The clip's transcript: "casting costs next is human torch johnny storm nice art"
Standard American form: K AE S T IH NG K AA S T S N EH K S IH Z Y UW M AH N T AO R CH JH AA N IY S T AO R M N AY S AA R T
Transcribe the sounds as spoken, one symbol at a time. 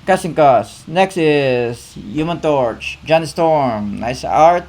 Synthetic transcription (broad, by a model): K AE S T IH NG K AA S S N EH K S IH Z Y UW M AH N T AO R CH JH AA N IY S T AO R M N AY S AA R T